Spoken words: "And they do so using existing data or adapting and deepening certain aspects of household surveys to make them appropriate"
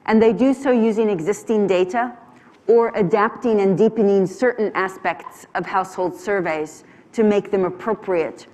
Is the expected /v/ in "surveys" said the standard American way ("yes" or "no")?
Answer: yes